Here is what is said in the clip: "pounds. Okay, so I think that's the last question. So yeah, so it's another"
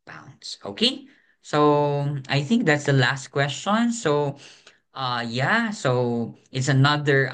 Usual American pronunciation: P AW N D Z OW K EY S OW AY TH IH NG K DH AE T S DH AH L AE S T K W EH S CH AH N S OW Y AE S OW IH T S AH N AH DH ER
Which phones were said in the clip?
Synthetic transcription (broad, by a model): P AW N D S OW K EY S OW AY TH IH NG K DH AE T S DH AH L AE S T K W EH S CH AH N S OW Y AE S OW IH T S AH N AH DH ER